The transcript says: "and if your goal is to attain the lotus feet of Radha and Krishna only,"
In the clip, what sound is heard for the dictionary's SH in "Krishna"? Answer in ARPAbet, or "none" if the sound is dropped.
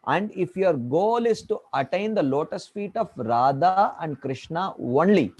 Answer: SH